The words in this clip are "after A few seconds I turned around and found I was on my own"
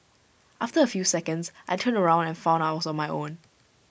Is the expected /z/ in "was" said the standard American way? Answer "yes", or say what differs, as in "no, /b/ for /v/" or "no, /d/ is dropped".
no, /s/ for /z/